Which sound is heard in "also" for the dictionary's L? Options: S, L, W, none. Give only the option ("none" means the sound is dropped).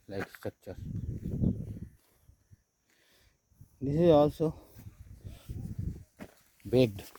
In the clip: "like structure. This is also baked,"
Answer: L